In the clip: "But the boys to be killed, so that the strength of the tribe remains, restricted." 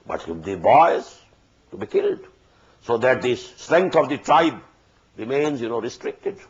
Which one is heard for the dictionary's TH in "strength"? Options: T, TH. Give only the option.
T